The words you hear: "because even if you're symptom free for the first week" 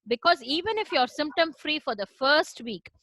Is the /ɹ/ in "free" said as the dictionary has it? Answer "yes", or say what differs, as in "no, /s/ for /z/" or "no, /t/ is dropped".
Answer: yes